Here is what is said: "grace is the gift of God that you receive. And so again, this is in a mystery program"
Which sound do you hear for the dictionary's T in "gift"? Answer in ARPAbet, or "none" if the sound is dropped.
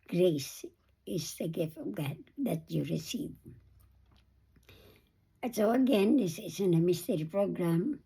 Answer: T